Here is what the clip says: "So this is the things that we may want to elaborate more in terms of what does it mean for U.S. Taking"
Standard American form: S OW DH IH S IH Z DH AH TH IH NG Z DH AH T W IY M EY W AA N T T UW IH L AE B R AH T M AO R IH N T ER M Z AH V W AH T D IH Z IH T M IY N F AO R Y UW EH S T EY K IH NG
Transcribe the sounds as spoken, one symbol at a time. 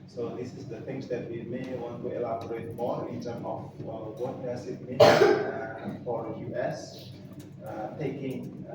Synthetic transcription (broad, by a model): S OW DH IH S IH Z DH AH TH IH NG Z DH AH T W IY M EY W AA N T T UW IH L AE B R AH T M AO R IH N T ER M AH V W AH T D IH S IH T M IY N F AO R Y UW EH S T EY K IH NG